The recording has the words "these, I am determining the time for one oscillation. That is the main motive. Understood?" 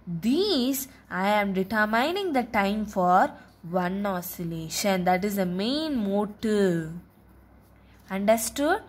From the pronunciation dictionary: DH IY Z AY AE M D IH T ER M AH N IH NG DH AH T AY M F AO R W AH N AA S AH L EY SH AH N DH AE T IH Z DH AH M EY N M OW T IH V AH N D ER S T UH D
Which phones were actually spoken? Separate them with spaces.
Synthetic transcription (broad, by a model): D IY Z AY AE M D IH T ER M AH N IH NG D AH T AY M F AO R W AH N AA S AH L EY SH AH N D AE T IH Z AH M EY N M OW T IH AH N D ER S T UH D